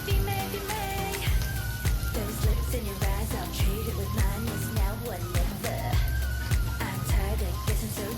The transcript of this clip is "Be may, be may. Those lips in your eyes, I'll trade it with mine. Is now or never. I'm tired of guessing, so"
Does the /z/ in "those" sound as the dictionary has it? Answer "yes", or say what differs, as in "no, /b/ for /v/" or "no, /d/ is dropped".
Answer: yes